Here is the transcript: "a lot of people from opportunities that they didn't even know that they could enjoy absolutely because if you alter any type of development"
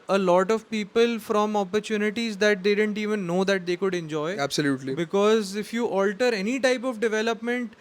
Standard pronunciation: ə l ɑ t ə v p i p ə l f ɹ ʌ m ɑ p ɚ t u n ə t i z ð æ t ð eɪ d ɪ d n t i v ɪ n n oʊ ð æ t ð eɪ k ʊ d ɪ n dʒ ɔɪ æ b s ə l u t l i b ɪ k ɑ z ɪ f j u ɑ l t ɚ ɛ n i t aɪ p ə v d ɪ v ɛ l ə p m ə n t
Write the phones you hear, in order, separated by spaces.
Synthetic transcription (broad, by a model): ə l ɑ t ə v p i p ə l f ɹ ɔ m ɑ p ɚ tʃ u n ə t i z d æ t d eɪ d ɪ d n t i v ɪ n n oʊ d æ t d eɪ k ʊ d ɪ n dʒ ɔɪ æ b s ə l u t l i b ɪ k ɑ z ɪ f j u ɑ l t ɚ ɛ n i t aɪ p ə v d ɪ v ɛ l ə p m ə n t